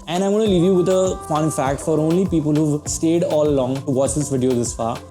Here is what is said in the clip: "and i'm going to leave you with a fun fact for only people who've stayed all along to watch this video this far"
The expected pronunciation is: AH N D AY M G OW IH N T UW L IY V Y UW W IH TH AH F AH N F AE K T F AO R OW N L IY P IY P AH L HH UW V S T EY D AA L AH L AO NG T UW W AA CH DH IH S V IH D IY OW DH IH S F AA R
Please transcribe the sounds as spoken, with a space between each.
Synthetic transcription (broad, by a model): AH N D AY M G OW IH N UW L IY V Y UW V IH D AH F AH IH F AE K T F AO R OW N L IY P IY P AH L HH UW V S T EY D AA L AH L AO NG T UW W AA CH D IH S V IH D IY OW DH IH S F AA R